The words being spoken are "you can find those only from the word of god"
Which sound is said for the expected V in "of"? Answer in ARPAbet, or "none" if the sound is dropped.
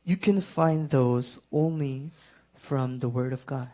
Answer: V